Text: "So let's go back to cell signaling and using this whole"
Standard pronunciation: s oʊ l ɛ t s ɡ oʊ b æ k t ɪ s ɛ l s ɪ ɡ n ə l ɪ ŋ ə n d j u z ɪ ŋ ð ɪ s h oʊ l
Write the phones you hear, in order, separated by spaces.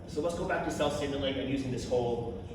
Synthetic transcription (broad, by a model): s oʊ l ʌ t s ɡ oʊ b æ k t ɪ s ɛ l s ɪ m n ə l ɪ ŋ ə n j u z ɪ ŋ ð ɪ s h oʊ l